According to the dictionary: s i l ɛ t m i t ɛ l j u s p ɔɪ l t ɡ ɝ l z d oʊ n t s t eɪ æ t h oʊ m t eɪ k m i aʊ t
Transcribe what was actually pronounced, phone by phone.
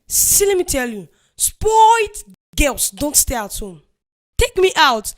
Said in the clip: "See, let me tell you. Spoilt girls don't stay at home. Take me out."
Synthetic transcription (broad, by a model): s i l ɛ t m i t ɛ l j u s p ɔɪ t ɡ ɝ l s d oʊ n t s t eɪ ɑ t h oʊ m t eɪ k m i aʊ t